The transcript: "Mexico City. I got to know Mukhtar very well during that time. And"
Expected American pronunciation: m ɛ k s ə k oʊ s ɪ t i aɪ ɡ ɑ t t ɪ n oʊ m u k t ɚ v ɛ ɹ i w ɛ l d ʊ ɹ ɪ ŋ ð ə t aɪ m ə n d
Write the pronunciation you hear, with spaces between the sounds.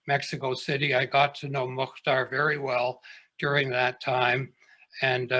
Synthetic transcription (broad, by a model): m ɛ k s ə k oʊ s ɪ t i aɪ ɡ ɑ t t ɪ n oʊ m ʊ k t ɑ v ɛ ɹ i w ɛ l d ʊ ɹ ɪ ŋ ð ə t aɪ m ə n